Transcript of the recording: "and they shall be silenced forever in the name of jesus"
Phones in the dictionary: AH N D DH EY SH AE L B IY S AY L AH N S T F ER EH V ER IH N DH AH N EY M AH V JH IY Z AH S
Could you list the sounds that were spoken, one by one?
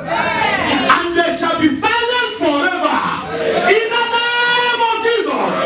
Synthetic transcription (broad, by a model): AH N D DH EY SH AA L B IY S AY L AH S F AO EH V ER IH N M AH N EY M AH V JH IY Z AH S